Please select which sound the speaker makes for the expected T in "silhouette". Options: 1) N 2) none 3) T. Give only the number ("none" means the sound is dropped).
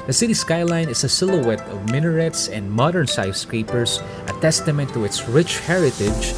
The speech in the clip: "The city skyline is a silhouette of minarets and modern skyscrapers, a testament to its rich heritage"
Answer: 3